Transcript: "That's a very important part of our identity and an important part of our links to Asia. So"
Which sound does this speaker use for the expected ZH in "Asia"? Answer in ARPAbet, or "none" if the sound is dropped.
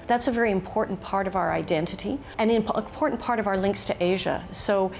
ZH